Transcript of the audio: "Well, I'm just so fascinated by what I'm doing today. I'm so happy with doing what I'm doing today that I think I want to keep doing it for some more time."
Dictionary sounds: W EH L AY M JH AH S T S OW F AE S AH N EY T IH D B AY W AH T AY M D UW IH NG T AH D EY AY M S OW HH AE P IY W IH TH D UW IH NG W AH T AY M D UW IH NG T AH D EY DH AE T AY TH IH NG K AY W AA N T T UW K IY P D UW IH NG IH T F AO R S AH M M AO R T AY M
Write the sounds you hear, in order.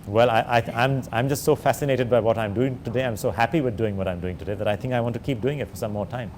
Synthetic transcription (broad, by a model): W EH L AY M JH AH S T S OW F AE S AH N EY T IH D B AY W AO T AY M D UW IH NG T AH D EY AY M S OW HH AE P IY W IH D D UW IH NG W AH T AY M D UW IH NG T AH D EY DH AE T AY T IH NG K AY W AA N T T UW K IY P D UW IH NG IH T F AO R S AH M M AO R T AY M